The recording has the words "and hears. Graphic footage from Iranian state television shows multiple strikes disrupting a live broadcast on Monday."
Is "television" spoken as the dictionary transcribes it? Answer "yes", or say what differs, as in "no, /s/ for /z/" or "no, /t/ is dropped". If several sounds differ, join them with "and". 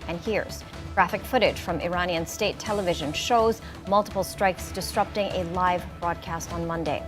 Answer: yes